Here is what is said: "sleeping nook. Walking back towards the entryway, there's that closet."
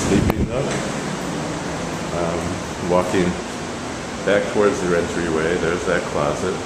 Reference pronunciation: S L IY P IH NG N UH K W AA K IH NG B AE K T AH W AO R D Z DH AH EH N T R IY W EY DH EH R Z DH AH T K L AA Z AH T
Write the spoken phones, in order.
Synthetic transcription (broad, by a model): S L IY P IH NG L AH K W AA K IH NG B AE K T AH W AO R D Z DH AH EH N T R IY W EY DH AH R Z DH AH T K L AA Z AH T